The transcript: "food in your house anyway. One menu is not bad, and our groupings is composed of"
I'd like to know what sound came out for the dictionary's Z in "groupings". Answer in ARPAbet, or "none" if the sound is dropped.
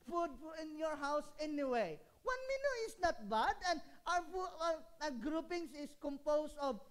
S